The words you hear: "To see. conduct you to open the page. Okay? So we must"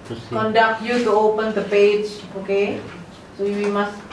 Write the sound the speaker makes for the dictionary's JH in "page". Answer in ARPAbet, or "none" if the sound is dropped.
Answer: JH